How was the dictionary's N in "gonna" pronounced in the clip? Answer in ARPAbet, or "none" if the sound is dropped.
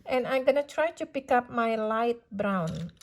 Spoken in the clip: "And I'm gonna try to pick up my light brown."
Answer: N